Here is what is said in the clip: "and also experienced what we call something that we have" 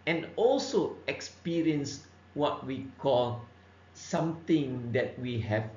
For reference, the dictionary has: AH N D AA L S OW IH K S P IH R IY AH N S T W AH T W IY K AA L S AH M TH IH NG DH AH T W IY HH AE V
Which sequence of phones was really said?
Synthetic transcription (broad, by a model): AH N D AA L S OW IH K S P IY R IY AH N S W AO T W IY K AA L S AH M T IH NG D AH T W IY HH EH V